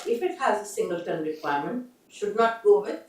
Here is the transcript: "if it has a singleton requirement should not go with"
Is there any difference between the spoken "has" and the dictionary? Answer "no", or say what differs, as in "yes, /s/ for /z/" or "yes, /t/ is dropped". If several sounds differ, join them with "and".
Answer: no